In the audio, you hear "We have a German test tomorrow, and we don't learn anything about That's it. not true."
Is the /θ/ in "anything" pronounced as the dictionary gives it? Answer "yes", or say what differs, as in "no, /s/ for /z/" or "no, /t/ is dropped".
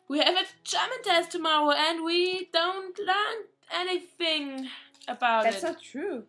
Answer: yes